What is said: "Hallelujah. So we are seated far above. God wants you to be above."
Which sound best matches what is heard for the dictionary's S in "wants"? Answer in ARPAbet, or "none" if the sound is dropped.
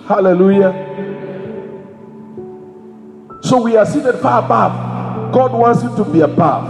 S